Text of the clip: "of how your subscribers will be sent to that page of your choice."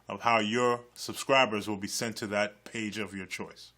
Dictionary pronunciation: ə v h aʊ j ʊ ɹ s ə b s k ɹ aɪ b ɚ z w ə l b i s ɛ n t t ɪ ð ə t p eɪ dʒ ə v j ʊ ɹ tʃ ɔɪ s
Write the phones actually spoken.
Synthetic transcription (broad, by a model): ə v h aʊ j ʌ ɹ s ə b s k ɹ aɪ b ɚ z w ə l b i s ɛ n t t ɪ ð ə t p eɪ dʒ ə v j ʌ ɹ tʃ ɔɪ s